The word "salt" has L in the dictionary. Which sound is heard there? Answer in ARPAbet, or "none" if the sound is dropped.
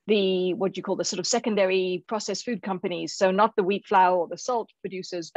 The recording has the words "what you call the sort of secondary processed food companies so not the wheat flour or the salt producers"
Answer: L